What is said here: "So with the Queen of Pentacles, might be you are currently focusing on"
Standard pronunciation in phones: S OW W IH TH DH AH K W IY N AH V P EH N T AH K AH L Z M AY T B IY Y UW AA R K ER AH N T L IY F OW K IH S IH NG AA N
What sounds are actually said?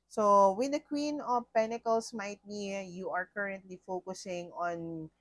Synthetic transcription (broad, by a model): S OW W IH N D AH K W IY N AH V P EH N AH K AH L S M AY T B IY Y UW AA R K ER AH N T L IY F OW K IH S IH NG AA N